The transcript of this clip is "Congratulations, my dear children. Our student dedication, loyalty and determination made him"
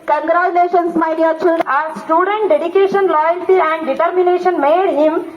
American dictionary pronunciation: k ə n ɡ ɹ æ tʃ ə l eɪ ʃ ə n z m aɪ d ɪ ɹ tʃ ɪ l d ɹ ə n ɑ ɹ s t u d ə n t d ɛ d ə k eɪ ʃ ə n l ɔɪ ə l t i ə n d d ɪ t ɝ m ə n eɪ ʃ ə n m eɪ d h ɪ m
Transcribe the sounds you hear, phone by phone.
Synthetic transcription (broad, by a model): k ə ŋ ɡ ɹ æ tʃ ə l eɪ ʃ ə n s m aɪ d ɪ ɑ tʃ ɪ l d ə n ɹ s t u d ə n t d ɛ d ə k eɪ ʃ ə n l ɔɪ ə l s i ə n d d ɪ t ɝ m ə n eɪ ʃ ə n m eɪ d h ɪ m